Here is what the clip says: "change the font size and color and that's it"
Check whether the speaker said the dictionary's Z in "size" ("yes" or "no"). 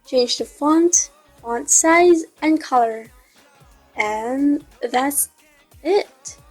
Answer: yes